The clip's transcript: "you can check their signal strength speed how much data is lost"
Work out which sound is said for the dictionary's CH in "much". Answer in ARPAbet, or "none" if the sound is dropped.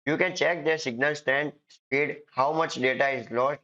CH